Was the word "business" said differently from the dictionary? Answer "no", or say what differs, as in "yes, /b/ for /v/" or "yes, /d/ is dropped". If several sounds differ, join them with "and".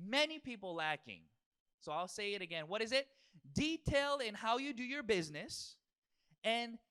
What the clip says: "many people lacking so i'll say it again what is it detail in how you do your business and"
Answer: no